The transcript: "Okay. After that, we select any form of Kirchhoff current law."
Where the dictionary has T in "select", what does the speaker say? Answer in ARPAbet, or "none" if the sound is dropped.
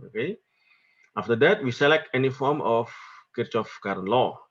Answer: T